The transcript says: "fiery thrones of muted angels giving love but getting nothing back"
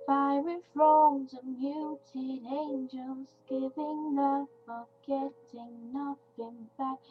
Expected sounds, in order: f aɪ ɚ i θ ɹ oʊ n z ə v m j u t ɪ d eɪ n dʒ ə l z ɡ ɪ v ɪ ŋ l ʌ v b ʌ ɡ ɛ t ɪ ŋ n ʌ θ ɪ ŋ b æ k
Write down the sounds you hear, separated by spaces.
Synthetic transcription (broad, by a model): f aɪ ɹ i f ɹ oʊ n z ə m j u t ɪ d eɪ n dʒ ə l z ɡ ɪ v ɪ ŋ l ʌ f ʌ ɡ ɛ t ɪ ŋ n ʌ t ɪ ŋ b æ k